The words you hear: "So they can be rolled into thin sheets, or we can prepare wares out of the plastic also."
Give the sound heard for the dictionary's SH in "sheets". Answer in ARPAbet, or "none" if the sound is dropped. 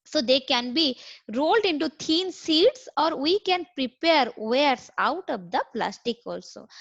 S